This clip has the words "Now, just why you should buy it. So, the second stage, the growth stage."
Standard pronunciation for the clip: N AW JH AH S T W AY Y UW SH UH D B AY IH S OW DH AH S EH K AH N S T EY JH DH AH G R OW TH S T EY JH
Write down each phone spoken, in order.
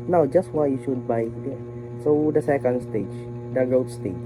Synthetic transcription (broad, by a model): N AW JH AH S T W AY Y UW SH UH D B AY IH S OW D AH S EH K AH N S T EY JH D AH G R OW T S T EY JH